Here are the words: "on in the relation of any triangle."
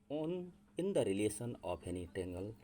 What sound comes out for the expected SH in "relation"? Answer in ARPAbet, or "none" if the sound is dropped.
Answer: S